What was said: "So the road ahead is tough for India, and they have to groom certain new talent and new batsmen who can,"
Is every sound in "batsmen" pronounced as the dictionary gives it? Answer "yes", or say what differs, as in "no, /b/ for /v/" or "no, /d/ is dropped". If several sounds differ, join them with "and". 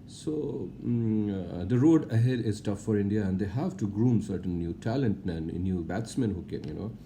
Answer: yes